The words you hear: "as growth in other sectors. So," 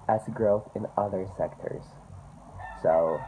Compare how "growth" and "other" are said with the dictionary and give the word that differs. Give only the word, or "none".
none